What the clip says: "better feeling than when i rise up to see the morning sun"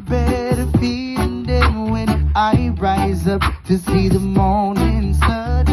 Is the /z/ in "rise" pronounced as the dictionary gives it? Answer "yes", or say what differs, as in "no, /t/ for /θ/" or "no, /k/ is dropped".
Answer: yes